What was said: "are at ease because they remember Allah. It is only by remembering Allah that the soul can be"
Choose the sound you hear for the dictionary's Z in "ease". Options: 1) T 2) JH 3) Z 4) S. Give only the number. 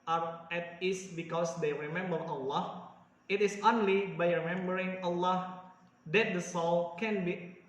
4